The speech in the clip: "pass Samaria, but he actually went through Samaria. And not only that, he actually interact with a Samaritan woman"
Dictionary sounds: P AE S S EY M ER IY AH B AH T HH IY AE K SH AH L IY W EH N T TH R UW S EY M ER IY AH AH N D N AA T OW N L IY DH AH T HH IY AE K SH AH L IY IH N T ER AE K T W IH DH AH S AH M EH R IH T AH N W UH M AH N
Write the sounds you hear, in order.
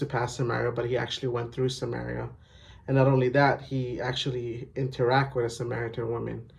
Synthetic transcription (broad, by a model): P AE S S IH M ER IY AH B AH T HH IY AE K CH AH L IY W EH N TH R UW S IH M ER IY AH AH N N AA T OW N L IY DH AH T HH IY AE K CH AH L IY IH N T ER AE K T W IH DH AH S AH M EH R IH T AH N W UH M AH N